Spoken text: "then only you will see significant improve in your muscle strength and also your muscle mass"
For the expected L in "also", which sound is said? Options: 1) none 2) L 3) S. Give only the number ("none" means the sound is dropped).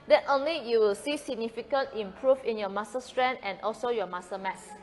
2